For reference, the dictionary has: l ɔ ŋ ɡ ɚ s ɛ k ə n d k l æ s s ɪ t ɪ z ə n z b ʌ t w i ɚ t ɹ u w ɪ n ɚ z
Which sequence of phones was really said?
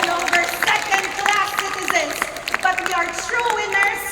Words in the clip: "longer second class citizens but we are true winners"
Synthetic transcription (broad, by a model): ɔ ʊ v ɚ s ɛ k ə n d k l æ ʃ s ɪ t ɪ z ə n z b ʌ t w i ɚ t ɹ u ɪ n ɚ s